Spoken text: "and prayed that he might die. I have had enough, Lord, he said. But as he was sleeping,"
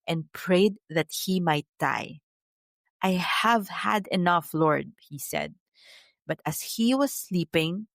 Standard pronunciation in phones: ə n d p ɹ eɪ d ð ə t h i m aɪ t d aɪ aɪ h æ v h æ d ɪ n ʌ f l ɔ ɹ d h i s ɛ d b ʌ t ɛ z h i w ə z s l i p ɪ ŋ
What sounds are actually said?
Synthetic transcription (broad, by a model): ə n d p ɹ eɪ d ð ə t h i m aɪ t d aɪ aɪ h æ v h æ d ɪ n ʌ f l ɔ ɹ d h i s ɛ d b ʌ t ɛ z h i w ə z s l i p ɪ ŋ